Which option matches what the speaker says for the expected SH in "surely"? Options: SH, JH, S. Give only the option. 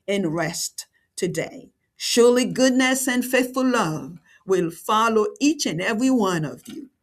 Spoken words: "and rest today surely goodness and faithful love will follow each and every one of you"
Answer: SH